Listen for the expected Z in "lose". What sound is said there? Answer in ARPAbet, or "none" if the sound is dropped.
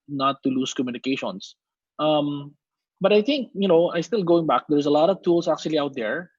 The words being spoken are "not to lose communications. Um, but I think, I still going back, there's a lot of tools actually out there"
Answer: S